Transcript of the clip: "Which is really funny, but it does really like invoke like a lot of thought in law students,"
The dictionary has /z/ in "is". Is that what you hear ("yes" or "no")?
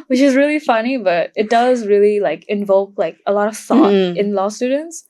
yes